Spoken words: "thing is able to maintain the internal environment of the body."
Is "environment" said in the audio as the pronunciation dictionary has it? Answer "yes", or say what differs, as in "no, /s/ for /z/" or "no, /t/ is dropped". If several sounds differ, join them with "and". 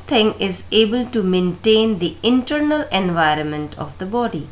yes